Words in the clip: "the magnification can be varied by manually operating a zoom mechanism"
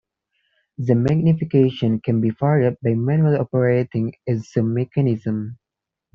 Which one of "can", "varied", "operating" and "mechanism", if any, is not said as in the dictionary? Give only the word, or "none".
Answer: varied